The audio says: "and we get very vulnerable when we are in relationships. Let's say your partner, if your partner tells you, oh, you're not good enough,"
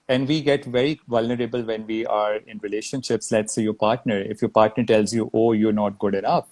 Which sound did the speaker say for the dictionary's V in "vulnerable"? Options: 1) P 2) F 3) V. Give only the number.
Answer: 3